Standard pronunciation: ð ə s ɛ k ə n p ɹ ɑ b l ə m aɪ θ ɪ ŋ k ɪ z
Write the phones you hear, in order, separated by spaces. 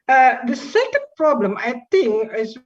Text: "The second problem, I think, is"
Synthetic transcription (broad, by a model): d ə s ɛ k ə n p ɹ ɑ b l ə m aɪ t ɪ ŋ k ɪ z